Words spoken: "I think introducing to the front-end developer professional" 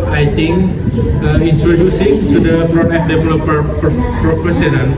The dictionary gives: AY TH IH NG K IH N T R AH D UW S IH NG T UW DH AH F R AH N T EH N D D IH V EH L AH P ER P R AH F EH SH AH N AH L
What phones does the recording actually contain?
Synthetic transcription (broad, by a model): AY T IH NG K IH N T R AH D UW S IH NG T UW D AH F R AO T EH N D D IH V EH L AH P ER P R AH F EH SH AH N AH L